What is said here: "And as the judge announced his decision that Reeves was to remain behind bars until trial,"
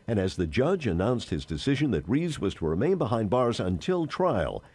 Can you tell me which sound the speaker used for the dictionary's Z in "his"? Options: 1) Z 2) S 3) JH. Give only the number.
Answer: 1